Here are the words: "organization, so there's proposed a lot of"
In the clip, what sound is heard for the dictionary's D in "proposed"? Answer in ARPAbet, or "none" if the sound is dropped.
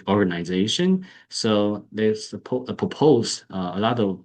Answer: none